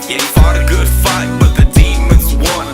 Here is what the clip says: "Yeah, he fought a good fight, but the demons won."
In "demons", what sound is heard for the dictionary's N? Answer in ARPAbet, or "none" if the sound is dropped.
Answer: none